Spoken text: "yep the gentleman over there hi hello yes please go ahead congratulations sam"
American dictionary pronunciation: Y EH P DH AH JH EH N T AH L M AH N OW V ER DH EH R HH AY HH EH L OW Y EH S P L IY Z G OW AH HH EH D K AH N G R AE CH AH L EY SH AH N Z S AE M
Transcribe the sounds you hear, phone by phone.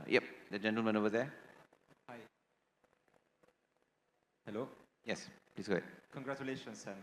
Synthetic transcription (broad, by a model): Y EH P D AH JH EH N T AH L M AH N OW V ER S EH HH AY HH EH L OW Y EH S P L IY S G OW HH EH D K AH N G R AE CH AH L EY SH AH N S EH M